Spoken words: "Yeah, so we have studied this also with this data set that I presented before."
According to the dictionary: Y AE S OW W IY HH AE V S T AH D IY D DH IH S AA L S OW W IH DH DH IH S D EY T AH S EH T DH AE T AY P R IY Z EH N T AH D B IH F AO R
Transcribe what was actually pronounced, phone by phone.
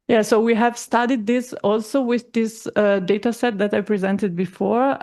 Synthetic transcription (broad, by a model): Y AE S OW W IY HH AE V S T AH D IY D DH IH S AA L S OW W IH DH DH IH S D EY T AH S EH T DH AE T AY P R IY Z EH N T AH D B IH F AO R